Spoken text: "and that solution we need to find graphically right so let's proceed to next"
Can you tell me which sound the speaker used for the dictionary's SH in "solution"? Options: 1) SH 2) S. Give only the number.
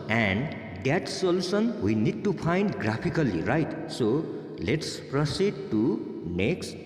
2